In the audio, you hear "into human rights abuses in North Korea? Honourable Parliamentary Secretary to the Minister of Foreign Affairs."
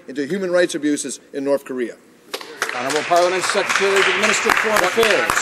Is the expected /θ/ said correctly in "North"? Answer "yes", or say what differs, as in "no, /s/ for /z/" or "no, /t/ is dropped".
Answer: yes